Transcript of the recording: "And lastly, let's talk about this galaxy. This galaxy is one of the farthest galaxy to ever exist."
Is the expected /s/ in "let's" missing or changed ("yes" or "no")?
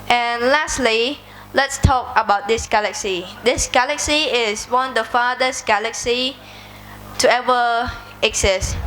no